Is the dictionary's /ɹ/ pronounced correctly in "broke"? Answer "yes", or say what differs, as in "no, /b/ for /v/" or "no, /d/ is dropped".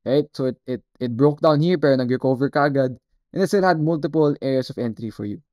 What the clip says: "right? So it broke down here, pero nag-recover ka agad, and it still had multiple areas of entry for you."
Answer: yes